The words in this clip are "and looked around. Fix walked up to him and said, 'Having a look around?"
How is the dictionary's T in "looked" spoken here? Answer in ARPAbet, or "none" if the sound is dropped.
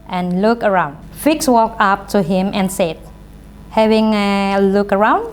none